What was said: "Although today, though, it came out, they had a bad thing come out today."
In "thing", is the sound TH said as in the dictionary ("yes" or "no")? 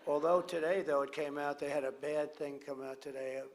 yes